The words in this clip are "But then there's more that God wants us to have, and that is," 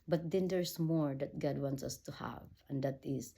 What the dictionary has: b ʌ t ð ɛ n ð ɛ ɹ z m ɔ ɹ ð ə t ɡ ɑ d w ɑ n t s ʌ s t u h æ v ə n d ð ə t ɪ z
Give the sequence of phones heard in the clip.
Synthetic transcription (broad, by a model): b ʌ t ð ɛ n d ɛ ɹ s m ɔ ɹ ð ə t ɡ ɑ d w ɑ n t s ʌ s t u h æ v ə n d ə t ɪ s